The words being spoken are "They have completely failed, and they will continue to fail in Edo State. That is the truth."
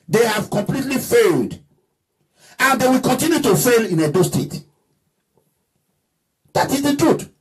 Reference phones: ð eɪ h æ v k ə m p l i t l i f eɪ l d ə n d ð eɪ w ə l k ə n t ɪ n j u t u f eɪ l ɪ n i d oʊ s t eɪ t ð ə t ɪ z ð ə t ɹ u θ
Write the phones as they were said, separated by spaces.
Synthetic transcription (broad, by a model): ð eɪ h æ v k ə m p l i t l i f eɪ l d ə n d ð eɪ w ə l k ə n t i n j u t u f eɪ l ɪ n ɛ d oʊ s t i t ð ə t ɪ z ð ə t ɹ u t